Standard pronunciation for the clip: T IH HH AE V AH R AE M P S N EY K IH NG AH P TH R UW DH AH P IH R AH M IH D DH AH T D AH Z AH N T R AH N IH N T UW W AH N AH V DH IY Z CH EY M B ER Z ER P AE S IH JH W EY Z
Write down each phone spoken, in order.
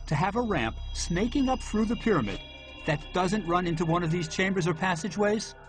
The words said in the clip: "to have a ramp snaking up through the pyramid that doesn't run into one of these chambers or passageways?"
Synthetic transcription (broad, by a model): T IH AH V AH R AE M P S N EY K IH NG AH P TH R UW DH AH P IH R AH M IH D DH AH T D AH Z AH N T R AH N IH N T UW W AH N AH V DH IY Z CH EY M B ER Z ER P AE S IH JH W EY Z